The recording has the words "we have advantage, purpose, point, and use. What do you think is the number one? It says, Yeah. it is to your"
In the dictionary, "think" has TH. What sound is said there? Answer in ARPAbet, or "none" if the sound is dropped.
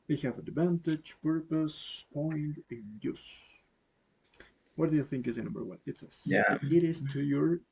TH